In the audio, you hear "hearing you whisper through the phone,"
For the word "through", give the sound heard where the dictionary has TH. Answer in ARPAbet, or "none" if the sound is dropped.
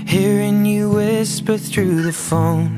TH